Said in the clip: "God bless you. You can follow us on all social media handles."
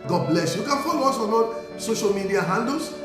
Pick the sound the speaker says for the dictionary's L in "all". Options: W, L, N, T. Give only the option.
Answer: N